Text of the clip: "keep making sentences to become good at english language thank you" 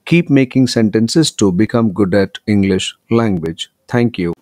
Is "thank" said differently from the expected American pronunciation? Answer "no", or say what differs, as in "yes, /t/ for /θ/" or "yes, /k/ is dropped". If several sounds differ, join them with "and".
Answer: yes, /t/ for /θ/